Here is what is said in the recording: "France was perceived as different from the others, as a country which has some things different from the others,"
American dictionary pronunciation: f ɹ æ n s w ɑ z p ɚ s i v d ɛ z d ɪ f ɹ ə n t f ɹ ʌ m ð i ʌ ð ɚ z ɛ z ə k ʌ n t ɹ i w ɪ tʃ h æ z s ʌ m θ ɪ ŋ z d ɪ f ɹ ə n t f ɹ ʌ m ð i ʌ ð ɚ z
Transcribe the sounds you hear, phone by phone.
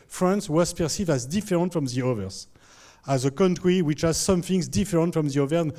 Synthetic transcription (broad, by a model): f ɹ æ n s w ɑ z p ɚ s i v d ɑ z d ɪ f ɹ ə n t f ɹ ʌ m ð i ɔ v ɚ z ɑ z ə k ʌ n t ɹ i w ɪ tʃ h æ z s ʌ m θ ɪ ŋ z d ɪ f ɹ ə n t f ɹ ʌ m ð i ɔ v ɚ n